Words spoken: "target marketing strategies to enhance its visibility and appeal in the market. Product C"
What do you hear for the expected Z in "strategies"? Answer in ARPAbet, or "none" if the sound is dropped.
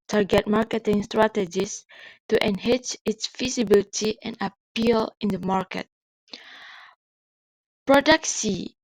S